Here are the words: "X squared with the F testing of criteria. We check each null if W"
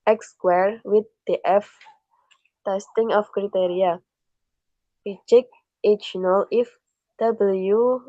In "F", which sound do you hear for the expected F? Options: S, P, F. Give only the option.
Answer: F